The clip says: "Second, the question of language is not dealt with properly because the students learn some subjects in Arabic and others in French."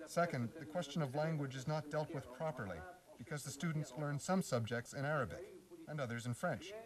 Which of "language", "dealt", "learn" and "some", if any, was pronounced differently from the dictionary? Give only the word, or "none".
none